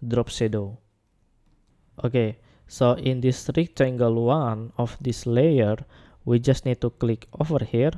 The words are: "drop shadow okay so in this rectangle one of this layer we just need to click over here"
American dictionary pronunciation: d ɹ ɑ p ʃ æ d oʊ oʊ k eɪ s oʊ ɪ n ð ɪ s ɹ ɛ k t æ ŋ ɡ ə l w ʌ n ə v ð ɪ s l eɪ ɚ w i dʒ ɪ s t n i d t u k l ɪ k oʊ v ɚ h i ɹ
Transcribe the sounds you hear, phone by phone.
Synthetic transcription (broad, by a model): d ɹ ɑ p s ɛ d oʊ oʊ k eɪ s oʊ ɪ n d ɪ s ɹ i k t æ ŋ ɡ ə l w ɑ n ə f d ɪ s l eɪ ɚ w i dʒ ɪ s t n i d t u k l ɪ k oʊ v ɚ h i ɹ